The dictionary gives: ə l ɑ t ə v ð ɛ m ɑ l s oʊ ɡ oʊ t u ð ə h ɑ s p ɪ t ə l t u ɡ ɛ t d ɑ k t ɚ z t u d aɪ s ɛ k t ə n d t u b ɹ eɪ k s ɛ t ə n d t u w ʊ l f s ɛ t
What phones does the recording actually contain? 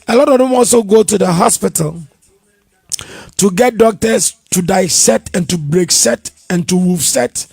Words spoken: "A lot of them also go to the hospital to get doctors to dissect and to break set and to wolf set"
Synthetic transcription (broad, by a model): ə l ɑ t ə v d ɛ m ɑ l s oʊ ɡ oʊ t u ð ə h ɑ s p ɪ t ə l t u ɡ ɛ t d ɑ k t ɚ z t u d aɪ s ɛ t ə n t u b ɹ eɪ k s ɛ t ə n t u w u f s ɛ t